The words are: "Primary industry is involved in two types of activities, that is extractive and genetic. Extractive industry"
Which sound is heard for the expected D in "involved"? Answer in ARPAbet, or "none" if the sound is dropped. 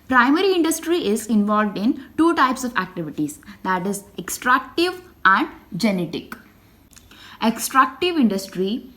D